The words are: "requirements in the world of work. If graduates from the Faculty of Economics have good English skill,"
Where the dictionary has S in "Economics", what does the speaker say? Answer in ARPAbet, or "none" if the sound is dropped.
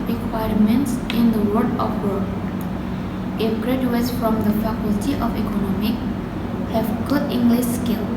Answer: none